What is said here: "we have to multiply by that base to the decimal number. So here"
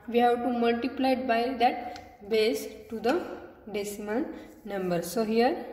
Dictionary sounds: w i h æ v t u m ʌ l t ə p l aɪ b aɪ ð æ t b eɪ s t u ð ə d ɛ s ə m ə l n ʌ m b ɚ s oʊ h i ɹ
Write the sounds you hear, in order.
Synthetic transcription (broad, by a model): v i h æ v t u m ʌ l t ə p l aɪ b aɪ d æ t b eɪ s t u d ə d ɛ s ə m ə n n ʌ m b ɚ s oʊ h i ɹ